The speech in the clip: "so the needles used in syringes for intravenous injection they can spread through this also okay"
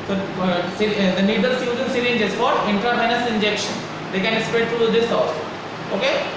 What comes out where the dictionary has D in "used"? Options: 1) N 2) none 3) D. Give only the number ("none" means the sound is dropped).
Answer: 2